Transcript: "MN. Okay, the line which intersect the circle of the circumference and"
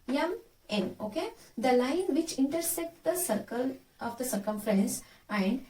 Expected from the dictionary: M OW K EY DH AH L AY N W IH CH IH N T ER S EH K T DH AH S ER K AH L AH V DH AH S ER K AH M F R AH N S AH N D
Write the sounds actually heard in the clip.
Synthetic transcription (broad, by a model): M OW K EY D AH L AY N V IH CH IH N T ER S EH K T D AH S ER K AH L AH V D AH S ER K AH M F R AH N S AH N D